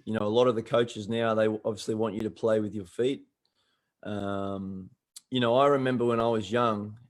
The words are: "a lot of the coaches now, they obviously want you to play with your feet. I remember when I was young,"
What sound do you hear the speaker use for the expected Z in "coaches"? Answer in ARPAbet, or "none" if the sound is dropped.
Z